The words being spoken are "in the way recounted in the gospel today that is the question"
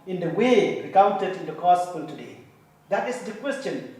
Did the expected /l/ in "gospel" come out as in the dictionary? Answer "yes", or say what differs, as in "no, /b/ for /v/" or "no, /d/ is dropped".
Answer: no, /n/ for /l/